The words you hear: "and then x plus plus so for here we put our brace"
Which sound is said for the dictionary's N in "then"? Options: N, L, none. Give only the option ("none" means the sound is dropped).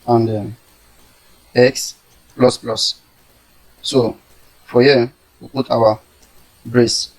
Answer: none